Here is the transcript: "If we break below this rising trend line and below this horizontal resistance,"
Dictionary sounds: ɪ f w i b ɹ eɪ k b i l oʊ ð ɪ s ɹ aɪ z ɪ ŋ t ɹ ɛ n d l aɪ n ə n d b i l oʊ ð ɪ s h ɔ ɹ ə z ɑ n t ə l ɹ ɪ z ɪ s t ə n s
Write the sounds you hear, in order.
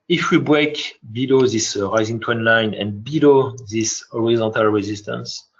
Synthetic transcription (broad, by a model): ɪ f w i b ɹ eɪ k b i l oʊ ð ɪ s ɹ aɪ z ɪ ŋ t w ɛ n l aɪ n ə n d b i l oʊ ð ɪ s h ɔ ɹ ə z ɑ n t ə l ɹ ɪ z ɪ s t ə n s